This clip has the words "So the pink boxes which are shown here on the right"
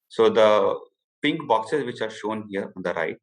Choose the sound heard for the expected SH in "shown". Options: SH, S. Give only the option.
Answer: SH